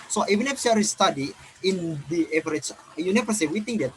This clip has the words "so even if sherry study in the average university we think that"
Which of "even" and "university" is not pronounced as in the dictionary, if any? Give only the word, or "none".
university